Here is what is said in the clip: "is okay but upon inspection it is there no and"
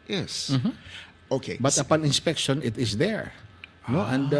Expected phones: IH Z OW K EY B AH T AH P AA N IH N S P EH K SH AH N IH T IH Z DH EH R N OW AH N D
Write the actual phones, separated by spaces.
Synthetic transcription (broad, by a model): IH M OW K EY B AH T AH P AA N IH N S P EH K SH AH N IH T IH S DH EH R N OW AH N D